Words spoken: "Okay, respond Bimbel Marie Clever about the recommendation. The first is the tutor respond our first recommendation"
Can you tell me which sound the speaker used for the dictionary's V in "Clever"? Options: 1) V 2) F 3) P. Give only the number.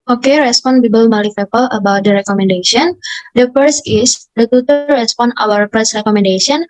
3